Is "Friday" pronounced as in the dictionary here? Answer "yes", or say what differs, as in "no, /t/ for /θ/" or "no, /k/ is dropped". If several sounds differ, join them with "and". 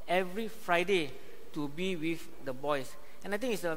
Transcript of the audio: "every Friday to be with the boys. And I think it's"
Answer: yes